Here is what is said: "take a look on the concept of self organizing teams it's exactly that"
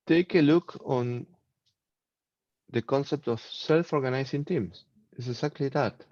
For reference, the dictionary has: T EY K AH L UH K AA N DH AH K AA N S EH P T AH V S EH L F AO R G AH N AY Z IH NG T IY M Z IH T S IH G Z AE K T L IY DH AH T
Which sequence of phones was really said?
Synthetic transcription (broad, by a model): T EY K AH L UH K AA N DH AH K AA N S EH P T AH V S EH L F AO R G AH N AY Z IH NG T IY M S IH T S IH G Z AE K T L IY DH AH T